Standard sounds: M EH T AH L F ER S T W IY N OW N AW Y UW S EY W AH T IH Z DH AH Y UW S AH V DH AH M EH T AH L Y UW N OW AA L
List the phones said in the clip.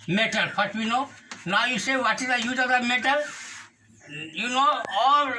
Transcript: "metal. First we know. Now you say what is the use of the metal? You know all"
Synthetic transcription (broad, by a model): M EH T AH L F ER T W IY N OW N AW Y UW S EY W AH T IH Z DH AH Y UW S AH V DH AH M EH T AH L Y UW N OW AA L